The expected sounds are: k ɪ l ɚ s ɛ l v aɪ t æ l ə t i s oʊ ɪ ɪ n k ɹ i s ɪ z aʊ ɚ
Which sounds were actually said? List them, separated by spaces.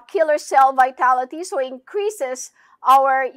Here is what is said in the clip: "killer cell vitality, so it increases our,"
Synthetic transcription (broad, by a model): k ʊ l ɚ s ɛ l v aɪ t æ l ə t i s oʊ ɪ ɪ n k ɹ i s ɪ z aʊ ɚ